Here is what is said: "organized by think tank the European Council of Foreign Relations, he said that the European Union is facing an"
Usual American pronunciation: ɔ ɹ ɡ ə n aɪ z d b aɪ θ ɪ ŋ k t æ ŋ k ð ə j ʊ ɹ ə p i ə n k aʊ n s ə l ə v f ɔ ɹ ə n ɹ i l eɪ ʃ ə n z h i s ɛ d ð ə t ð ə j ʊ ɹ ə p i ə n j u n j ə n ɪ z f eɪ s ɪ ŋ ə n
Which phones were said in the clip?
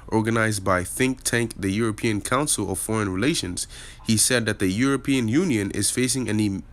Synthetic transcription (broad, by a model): ɔ ɹ ɡ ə n aɪ z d b aɪ θ ɪ ŋ k t æ ŋ k ð ə j ʊ ɹ ə p i ə n k aʊ n s l ə v f ɔ ɹ ə n ɹ i l eɪ ʃ ə n z h i s ɛ d ð ə t ð ə j ʊ ɹ ə p i ə n j u n j ə n ɪ z f eɪ s ɪ ŋ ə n